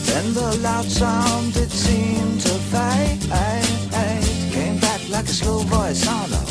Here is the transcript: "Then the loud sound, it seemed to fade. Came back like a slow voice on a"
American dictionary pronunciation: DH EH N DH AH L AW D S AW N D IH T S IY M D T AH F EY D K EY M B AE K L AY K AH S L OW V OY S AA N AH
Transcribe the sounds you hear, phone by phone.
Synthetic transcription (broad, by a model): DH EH N DH AH L AW D S AW N D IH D S IY M T AH P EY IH K EY M B AE K L AY K AH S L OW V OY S AA N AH